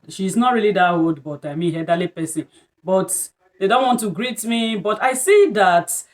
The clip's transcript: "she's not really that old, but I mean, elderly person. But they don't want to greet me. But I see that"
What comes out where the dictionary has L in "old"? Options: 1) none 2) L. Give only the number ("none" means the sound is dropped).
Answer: 1